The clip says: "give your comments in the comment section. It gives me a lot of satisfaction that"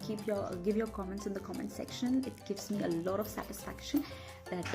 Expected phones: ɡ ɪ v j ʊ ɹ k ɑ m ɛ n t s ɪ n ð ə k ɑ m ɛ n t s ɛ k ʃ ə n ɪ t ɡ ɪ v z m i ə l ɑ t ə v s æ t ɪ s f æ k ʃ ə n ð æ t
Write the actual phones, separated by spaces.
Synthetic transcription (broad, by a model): ɡ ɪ v j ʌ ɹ k ɑ m ɛ n t s ɪ n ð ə k ɑ m ɛ n t s ɛ k ʃ ə n ɪ t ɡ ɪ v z m i ə l ɑ t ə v s æ t ɪ s f æ k ʃ ə n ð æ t